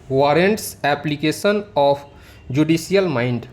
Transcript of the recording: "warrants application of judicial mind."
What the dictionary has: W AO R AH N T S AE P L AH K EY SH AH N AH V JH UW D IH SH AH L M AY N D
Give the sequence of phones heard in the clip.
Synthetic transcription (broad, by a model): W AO R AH N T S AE P L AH K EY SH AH N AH P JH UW D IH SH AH L M AY N D